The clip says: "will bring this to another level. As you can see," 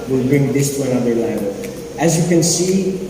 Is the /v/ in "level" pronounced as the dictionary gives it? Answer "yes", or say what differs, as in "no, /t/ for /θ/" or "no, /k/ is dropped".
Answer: no, /v/ is dropped